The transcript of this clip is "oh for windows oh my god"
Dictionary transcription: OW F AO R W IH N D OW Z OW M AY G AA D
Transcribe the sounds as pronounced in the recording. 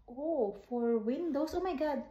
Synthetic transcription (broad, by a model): OW F AO R W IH N D OW S OW M AY G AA D